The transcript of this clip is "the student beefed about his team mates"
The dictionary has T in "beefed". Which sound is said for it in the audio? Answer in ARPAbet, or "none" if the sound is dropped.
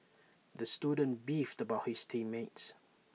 T